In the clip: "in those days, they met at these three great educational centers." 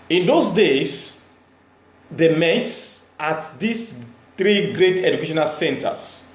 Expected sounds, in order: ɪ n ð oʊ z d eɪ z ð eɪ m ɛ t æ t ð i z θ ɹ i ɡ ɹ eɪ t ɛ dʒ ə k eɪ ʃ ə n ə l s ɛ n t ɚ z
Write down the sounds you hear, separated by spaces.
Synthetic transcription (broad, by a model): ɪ n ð oʊ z d eɪ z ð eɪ m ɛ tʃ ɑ t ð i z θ ɹ i ɡ ɹ eɪ t ɛ dʒ ə k eɪ ʃ ə n ə l s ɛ n t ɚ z